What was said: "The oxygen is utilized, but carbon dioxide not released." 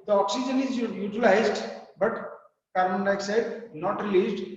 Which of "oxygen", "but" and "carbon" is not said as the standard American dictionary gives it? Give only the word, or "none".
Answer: carbon